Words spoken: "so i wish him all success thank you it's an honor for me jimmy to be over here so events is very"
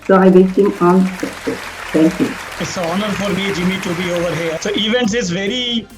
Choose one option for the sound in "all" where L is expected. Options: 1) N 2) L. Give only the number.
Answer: 1